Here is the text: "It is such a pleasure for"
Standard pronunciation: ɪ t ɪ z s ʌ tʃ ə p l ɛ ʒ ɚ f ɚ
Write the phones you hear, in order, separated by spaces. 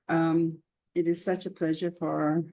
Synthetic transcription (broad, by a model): ɪ t ɪ z s ʌ tʃ ə p l ɛ ʒ ɚ f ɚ